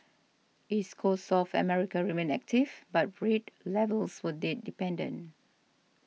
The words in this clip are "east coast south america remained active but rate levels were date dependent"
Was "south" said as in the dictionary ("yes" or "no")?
no